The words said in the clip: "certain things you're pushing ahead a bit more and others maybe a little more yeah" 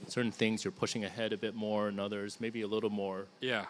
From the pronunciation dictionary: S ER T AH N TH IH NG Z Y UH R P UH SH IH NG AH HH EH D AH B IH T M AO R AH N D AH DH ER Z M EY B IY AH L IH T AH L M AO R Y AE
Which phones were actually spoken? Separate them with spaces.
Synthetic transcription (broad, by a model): S ER T N TH IH NG Z Y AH R P UH SH IH NG AH HH EH D AH B IH T M AO R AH N AH DH ER Z M EY B IY AH L IH T L M AO R Y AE